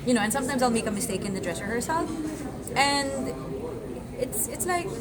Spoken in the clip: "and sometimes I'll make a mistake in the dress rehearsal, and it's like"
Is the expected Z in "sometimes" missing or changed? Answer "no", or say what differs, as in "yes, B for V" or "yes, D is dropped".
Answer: no